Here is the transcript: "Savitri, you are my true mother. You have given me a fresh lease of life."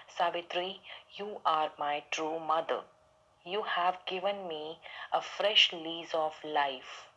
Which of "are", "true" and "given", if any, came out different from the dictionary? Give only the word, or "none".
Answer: none